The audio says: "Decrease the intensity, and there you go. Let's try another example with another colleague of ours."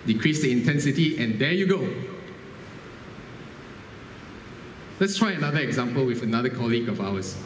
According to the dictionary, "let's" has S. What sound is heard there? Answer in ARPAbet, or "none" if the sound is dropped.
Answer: S